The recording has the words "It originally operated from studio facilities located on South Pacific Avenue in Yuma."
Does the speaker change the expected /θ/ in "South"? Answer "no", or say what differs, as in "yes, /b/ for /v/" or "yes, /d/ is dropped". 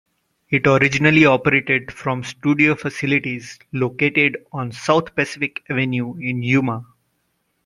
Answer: yes, /t/ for /θ/